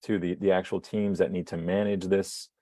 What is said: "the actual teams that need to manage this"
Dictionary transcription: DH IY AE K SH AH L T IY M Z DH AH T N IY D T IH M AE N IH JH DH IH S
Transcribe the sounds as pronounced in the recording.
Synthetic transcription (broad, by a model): DH IY AE K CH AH L T IY M Z DH AH T N IY D T IH M AE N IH JH DH IH S